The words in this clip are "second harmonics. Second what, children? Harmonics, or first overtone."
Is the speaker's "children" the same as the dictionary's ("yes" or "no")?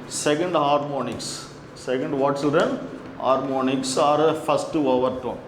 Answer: no